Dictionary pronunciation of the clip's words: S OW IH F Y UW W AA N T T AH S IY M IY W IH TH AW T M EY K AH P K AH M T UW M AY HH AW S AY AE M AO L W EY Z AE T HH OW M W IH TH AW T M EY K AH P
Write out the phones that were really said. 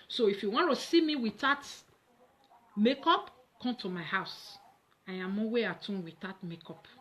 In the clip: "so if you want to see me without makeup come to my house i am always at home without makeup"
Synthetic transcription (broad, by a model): S OW IH F Y UW W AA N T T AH S IY M IY W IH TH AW T M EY K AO P K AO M T UW M AY HH AW S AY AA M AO W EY AA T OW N W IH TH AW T M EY K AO P